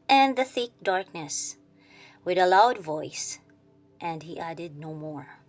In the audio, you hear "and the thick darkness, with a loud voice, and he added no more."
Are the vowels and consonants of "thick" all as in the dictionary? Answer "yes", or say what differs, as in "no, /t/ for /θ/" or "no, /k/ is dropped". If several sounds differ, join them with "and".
yes